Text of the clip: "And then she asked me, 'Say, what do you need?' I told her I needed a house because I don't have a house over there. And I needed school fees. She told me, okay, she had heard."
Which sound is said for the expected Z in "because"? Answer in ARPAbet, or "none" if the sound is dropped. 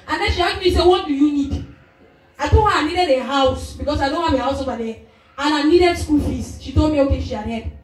S